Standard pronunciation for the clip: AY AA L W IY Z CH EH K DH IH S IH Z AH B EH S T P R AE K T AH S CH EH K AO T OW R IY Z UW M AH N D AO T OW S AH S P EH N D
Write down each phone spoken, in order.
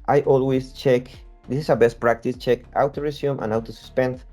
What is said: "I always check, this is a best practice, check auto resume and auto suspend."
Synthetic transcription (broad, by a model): AY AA L W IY S CH EH K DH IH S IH S AH B EH S T P R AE K T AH S CH EH K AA T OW R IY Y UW M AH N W T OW S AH S P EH N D